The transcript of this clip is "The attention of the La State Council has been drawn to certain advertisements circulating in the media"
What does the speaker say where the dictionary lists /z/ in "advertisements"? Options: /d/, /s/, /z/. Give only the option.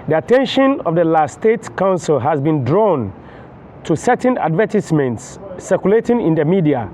/s/